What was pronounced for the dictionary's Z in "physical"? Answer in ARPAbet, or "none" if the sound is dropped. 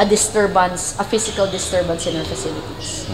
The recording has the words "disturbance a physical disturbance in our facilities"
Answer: S